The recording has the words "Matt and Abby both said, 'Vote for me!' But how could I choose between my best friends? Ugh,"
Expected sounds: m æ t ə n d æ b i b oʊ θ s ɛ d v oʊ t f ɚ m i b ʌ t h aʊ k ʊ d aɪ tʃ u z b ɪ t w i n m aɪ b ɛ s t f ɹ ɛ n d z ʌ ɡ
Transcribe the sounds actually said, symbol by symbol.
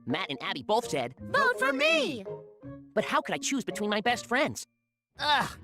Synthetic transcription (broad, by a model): m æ t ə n æ b i b oʊ θ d ɛ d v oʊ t f ɚ m i b ʌ t h aʊ k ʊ d aɪ tʃ u z b ɪ t w i n m aɪ b ɛ s t f ɹ ɛ n d z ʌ